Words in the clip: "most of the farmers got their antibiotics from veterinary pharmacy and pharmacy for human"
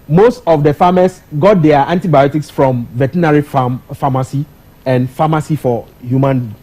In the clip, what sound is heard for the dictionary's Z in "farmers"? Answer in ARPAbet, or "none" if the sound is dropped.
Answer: S